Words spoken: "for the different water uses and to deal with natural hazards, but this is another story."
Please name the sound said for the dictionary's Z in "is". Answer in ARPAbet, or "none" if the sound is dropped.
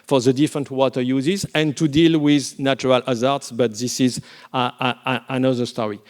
Z